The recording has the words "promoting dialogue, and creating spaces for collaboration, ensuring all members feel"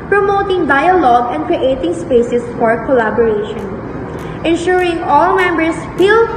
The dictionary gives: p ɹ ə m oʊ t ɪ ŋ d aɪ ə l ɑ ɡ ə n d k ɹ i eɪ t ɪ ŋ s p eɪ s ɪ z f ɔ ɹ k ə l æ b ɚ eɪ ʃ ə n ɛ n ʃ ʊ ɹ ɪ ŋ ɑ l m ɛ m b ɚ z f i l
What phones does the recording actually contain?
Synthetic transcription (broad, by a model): p ɹ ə m oʊ t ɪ ŋ d aɪ ə l ɑ ɡ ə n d k ɹ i eɪ t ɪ ŋ s p eɪ s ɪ s f ɔ ɹ k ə l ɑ b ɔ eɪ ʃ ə n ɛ n ʃ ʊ ɹ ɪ ŋ ɑ l m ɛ m b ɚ s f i l